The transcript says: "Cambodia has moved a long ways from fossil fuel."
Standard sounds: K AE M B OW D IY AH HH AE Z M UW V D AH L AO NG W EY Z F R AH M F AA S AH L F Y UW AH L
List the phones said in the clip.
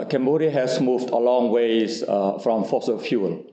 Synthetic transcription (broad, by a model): K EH M B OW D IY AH HH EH S M UW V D AH L AO NG W EY S F R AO M F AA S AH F Y UW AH L